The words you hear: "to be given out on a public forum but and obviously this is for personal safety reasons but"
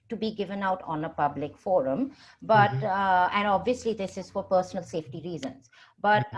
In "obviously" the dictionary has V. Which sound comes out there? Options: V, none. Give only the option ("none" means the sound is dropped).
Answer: V